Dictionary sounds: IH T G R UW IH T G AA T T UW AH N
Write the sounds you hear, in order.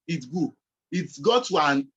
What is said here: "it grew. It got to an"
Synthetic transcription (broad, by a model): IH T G UW IH T G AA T T UW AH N